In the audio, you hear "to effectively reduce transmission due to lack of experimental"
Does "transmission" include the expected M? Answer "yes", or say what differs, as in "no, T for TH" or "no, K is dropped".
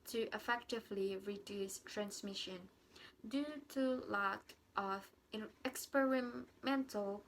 yes